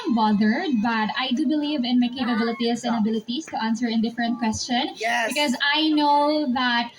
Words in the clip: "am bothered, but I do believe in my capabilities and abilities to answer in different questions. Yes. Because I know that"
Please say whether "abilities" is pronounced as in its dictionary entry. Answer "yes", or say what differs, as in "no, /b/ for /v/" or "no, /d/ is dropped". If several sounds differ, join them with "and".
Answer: no, /s/ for /z/